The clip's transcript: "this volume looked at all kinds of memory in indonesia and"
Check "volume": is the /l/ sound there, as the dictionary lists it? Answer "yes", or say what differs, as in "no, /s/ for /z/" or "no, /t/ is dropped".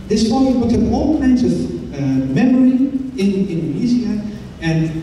no, /l/ is dropped